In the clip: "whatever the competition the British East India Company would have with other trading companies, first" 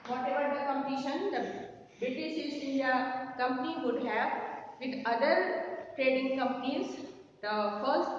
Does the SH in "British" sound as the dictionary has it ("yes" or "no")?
no